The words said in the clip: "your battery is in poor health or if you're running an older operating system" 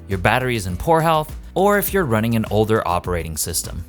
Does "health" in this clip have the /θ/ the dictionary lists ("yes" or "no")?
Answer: yes